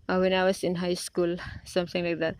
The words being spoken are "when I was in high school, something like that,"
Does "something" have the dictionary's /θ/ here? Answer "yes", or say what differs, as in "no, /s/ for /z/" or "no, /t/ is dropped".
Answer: no, /t/ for /θ/